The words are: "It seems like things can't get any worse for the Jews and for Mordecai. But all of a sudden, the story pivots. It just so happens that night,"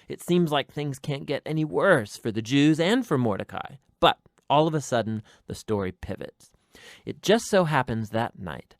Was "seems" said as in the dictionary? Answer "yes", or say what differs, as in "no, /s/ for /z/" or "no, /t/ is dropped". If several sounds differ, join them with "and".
yes